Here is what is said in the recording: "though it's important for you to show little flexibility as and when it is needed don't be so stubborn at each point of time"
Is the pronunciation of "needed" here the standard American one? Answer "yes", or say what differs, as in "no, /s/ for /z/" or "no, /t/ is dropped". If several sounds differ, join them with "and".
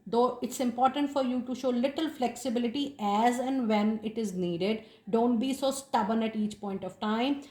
yes